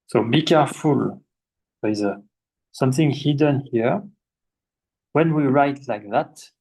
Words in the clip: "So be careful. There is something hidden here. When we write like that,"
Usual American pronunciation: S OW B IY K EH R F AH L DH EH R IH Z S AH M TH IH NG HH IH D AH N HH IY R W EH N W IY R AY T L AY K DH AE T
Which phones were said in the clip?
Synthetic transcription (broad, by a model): S OW B IY K EH R F AH L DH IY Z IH S AH M TH IH NG HH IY D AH N HH IY R W EH N W IY R AY T L AY K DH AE T